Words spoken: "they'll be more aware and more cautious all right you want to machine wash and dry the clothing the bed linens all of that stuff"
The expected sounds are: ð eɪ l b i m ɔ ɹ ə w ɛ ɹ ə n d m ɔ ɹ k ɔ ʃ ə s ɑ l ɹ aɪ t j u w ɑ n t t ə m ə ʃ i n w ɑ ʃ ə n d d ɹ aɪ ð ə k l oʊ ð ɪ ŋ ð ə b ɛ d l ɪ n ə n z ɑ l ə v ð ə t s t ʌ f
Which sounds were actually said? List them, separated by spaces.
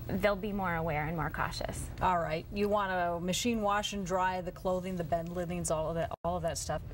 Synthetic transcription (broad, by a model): ð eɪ l b i m ɔ ɹ ə w ɛ ɹ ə n m ɔ ɹ k ɔ ʃ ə s ɑ l ɹ aɪ t j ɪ w ɑ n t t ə m ə ʃ i n w ɑ ʃ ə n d d ɹ aɪ ð ə k l oʊ ð ɪ ŋ ð ə b ɛ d l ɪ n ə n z ɑ l ə v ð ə t s t ʌ f